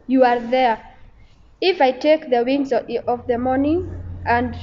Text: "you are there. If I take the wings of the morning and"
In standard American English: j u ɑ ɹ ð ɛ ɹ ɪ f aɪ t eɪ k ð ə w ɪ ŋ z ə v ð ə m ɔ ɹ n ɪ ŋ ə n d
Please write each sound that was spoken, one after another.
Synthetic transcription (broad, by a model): j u ɑ ɹ ð ɛ ɹ ɪ f aɪ t eɪ k ð ə w ɪ ŋ z ə v ð ə m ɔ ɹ n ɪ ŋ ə n d